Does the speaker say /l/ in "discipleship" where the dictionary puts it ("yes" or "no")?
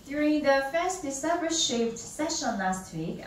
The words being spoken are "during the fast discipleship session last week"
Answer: no